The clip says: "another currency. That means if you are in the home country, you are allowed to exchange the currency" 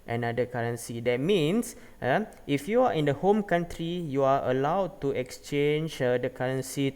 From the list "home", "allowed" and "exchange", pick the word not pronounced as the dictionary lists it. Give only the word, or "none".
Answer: none